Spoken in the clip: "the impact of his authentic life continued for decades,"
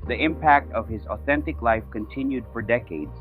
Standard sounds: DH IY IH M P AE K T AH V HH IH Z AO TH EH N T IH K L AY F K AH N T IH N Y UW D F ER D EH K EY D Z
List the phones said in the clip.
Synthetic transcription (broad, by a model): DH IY IH M P AE K T AH V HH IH Z AO TH EH N T IH K L AY F K AH N T IH N Y UW D F ER D EH K EY D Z